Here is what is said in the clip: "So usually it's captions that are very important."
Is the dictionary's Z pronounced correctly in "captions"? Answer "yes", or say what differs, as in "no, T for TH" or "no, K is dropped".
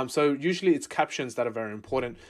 yes